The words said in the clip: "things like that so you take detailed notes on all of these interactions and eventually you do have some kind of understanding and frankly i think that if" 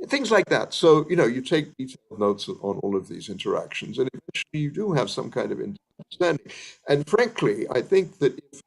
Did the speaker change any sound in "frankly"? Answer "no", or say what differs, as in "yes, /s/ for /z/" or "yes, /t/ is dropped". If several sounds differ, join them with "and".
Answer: no